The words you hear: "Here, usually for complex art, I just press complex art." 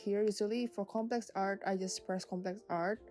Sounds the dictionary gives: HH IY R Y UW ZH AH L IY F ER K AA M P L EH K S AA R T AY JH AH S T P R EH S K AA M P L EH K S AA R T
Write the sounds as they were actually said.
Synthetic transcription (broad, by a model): HH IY R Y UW S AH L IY F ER K AA M P L EH K S AA R T AY JH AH S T P R EH S K AA M P L EH K S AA R T